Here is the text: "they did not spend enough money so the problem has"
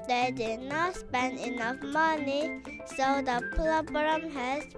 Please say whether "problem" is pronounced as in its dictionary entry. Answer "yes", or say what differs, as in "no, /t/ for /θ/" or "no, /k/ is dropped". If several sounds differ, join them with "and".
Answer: no, /l/ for /ɹ/